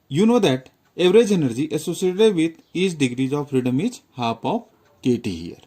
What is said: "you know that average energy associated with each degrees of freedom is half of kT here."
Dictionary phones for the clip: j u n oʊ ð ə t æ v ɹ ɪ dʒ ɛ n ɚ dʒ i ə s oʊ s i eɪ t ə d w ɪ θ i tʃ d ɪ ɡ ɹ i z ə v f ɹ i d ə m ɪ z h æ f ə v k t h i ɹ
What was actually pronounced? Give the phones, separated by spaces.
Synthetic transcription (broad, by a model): j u n oʊ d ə t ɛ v ɹ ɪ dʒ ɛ n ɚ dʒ i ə s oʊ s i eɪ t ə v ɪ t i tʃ d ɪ ɡ ɹ i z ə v f ɹ i d ə m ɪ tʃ h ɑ p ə f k t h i ɹ